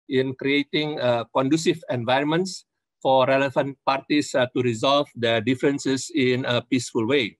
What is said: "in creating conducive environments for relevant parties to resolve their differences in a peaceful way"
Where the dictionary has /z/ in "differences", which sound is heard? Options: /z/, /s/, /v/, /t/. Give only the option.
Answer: /s/